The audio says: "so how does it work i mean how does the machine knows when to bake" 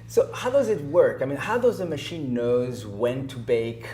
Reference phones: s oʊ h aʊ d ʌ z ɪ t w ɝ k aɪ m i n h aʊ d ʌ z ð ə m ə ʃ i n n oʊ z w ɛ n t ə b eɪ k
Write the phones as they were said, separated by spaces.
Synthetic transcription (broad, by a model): s oʊ h aʊ d ʌ z ɪ t w ɝ k aɪ m i n h aʊ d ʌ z ð ə m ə ʃ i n n oʊ z w ɛ n t ə b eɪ k